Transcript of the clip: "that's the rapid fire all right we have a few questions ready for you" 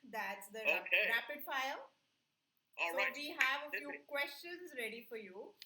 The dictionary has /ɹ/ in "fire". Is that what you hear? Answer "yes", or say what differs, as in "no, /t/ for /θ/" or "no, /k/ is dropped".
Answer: no, /l/ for /ɹ/